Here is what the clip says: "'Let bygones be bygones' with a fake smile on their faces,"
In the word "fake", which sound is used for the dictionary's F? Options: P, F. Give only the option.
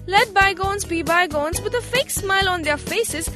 F